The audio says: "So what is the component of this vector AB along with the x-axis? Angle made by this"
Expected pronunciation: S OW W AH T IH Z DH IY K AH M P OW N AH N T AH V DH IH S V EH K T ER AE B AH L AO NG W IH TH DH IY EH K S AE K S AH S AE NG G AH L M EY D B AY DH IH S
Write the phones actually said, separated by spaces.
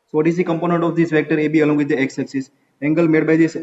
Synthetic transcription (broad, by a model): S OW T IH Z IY K AH M P OW N AH N T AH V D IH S V EH K T ER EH B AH L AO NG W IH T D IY EH K S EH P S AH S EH NG G AH L M EY D B AY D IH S